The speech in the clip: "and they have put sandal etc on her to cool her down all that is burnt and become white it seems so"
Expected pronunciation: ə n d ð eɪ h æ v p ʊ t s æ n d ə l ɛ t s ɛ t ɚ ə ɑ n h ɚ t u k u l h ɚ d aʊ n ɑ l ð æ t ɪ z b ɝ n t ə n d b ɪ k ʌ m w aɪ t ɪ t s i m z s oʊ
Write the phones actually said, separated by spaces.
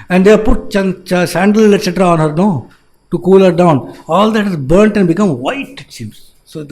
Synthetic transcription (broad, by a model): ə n d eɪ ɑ p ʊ t s æ n d ə l ɛ t s ɛ t ɚ ə ɑ n h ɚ t u k u l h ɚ d aʊ n ɑ l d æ t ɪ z b ɝ n t ə n d b ɪ k ʌ m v aɪ t ɪ t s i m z s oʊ